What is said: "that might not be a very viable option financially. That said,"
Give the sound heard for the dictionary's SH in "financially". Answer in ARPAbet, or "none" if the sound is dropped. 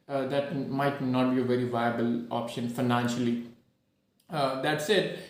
SH